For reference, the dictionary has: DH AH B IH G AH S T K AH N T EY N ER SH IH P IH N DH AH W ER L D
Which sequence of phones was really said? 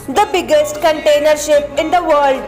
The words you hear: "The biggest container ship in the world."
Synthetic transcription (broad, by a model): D AH B IH G AH S T K AH N T EY N ER SH IH P IH N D AH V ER L D